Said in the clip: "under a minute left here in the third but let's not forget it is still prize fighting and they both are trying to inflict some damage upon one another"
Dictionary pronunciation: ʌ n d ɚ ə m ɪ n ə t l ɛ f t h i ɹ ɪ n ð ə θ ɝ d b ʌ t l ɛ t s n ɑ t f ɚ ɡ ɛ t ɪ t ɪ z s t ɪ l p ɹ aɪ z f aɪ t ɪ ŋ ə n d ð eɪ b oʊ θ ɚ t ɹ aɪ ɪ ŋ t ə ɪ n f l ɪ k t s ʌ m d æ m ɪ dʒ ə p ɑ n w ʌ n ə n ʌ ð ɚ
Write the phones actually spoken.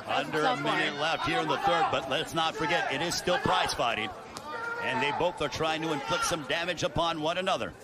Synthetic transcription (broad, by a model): ʌ n d ɚ ə m ɪ n ə t l ɛ f t h i ɹ ɪ n ð ə θ ɝ d b ʌ t l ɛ t s n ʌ t f ɚ ɡ ɛ t ɪ t ɪ z s t ɪ l p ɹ aɪ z f aɪ t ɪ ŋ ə n ð eɪ b oʊ θ ɚ t ɹ aɪ ɪ ŋ t ə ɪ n f l ɪ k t s ʌ m d æ m ɪ dʒ ə p ɑ n w ʌ n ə n ʌ ð ɚ